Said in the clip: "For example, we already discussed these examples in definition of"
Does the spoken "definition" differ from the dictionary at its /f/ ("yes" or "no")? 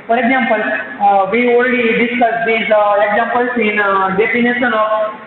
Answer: yes